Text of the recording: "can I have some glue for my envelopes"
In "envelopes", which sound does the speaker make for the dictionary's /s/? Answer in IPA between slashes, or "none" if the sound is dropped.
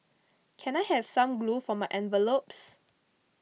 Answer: /s/